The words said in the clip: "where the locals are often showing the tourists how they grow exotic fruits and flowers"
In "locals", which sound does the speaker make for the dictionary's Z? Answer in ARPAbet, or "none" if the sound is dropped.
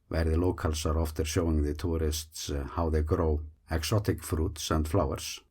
S